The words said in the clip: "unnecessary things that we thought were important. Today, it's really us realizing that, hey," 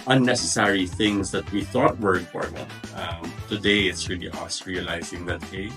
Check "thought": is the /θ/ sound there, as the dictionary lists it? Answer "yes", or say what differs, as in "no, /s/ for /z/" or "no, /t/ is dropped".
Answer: yes